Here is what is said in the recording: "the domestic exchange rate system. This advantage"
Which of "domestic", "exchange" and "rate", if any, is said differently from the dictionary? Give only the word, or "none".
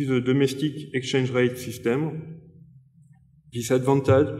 exchange